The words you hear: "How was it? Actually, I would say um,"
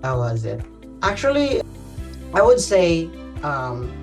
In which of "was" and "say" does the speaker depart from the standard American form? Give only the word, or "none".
none